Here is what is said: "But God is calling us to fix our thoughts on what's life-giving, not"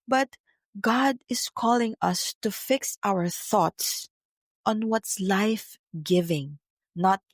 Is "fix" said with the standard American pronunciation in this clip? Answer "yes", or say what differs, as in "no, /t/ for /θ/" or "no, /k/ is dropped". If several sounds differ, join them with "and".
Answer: yes